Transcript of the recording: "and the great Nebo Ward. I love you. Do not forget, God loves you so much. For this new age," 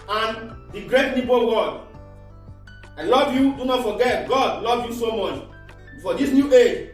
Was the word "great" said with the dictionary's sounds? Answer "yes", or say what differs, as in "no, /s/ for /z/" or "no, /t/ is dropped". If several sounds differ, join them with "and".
yes